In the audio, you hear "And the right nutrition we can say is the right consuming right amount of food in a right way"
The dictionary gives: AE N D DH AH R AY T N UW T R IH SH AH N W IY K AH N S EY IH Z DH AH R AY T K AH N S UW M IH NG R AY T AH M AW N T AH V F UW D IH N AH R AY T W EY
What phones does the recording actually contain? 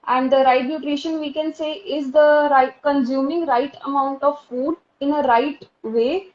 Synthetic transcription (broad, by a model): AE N D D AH R AY T N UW T R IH SH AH N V IY K AH N S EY IH Z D AH R AY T K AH N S UW M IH NG R AY T AH M AW N T AH V F UW D IH N AH R AY T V EY